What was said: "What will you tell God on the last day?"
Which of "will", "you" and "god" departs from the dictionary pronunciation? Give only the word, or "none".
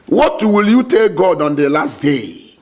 none